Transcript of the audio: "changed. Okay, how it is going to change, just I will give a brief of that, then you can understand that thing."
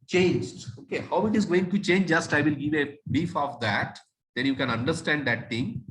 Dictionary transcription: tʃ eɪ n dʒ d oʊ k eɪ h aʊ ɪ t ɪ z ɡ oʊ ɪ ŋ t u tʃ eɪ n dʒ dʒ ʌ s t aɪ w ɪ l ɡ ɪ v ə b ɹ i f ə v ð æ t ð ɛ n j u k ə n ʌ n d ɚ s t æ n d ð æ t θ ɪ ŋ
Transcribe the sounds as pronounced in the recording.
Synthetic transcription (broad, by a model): tʃ eɪ n dʒ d oʊ k eɪ h aʊ ɪ t ɪ z ɡ oʊ ɪ ŋ t u tʃ eɪ n dʒ dʒ ʌ s t aɪ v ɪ l ɡ ɪ v ə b i f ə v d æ t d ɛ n j u k ə n ʌ n d ɚ s t æ n d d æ t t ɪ ŋ